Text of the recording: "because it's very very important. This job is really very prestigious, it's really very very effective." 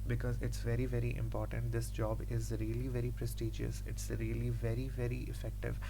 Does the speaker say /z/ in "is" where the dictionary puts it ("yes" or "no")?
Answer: yes